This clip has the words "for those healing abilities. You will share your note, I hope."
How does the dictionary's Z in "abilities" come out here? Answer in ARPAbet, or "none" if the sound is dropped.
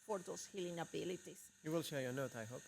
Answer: S